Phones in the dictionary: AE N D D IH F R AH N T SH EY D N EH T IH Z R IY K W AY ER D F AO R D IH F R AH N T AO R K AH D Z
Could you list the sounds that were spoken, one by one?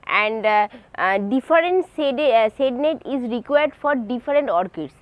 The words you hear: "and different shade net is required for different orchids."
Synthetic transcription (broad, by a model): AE N D D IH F R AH N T S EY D N EH T IH Z R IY K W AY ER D F AO R D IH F R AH N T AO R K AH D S